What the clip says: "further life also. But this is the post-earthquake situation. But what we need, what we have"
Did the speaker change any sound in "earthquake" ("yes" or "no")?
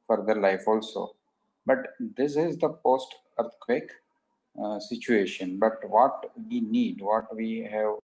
yes